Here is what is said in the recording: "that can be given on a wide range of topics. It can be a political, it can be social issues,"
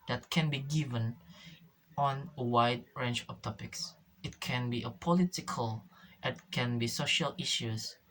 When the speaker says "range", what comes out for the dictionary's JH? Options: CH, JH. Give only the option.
CH